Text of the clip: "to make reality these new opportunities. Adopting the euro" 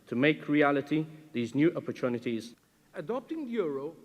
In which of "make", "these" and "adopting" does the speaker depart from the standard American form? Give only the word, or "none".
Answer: none